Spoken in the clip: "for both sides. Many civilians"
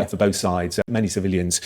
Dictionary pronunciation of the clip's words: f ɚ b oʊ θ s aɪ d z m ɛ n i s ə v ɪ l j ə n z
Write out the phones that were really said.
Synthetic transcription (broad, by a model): f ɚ b oʊ θ s aɪ d z m ɛ n i s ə v ɪ l j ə n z